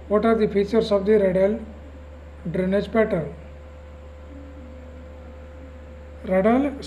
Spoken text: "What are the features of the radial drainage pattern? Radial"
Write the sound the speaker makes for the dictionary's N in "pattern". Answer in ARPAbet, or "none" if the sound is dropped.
L